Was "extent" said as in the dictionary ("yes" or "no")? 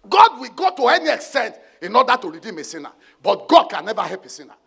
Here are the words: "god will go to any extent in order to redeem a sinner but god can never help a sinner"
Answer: yes